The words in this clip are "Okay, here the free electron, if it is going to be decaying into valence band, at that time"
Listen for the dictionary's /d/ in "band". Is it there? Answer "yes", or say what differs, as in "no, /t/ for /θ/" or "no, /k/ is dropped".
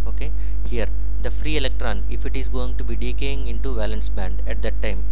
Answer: yes